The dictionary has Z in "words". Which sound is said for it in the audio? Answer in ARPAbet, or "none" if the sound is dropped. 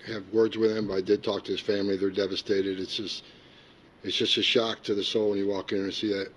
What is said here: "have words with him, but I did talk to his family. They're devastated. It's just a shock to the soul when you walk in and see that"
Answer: Z